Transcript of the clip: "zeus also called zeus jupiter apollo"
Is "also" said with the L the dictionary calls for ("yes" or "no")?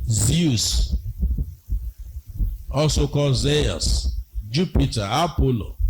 no